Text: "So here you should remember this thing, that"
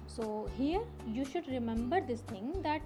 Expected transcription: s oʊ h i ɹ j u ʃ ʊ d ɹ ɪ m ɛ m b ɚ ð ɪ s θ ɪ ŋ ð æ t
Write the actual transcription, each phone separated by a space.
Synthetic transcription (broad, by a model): s oʊ h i ɹ j u ʃ ʊ d ɹ ɪ m ɛ m b ɚ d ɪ s t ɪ ŋ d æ t